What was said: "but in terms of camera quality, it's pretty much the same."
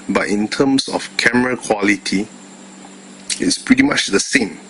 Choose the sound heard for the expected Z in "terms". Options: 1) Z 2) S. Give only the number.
2